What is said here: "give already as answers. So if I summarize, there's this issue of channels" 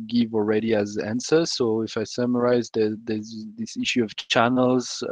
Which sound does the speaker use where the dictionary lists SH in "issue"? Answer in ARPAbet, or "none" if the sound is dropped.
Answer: SH